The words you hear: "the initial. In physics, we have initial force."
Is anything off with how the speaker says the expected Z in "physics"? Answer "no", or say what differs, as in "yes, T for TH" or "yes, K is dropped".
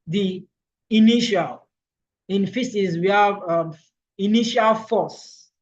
yes, S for Z